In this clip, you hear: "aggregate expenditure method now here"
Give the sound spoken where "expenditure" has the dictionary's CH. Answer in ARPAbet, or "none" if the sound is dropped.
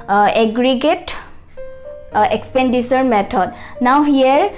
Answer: S